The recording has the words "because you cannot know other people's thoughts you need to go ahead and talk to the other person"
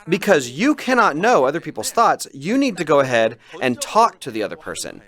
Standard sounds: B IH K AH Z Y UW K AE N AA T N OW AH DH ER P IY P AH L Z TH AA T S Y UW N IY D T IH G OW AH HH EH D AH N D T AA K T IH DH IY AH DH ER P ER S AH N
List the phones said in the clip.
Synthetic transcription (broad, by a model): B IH K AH Z Y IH K AE N AA T N OW AH DH ER P IY P L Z TH AA T S Y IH N IY D T IH G OW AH HH EH D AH N T AA K T IH DH IY AH DH ER P ER S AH N